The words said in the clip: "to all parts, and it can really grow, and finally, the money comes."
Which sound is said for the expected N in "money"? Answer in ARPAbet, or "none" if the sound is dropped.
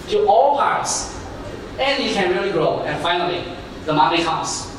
L